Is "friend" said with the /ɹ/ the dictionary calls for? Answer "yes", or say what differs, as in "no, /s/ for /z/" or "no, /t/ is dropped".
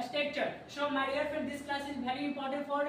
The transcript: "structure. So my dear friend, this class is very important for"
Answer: no, /ɹ/ is dropped